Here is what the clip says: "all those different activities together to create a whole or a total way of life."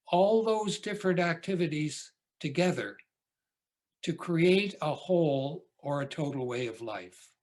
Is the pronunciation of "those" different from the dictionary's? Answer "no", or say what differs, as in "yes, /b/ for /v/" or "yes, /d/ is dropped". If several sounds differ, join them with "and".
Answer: no